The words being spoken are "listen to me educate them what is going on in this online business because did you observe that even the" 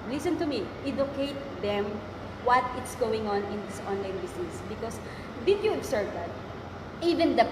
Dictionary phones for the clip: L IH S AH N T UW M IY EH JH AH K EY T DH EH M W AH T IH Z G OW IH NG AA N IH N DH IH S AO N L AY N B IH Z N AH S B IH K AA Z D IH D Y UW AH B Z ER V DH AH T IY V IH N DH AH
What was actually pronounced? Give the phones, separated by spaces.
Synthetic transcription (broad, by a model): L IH S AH N T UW M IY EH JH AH K EY T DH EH M W AH T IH S G OW IH NG AA N IH N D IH S AO N L AY N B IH S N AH S B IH K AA S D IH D Y UW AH B S ER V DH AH T IY V IH N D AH